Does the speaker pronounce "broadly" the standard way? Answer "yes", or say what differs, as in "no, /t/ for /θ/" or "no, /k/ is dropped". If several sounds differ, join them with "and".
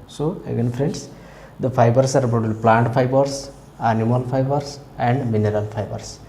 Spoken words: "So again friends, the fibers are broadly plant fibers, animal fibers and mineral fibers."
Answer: no, /ɹ/ is dropped